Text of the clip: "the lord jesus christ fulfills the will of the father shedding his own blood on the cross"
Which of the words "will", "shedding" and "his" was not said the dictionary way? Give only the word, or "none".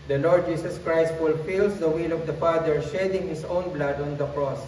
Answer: his